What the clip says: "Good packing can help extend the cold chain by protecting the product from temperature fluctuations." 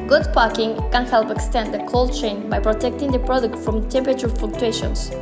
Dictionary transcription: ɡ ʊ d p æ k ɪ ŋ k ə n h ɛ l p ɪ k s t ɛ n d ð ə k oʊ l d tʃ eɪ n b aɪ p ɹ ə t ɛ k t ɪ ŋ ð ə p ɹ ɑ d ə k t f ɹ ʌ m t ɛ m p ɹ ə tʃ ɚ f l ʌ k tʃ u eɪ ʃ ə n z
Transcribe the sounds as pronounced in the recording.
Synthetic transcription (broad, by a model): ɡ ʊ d p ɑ k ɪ ŋ k ə n h ɛ l p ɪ k s t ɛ n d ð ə k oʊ l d tʃ eɪ n b aɪ p ɹ ə t ɛ k t ɪ ŋ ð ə p ɹ ɑ d ə k t f ɹ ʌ m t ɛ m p ə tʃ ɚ f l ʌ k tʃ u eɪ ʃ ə n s